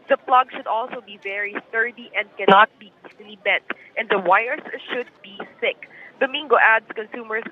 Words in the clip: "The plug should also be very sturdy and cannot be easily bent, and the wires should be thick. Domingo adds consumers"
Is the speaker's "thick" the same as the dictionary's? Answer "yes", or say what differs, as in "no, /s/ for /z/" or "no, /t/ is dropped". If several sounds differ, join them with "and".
no, /s/ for /θ/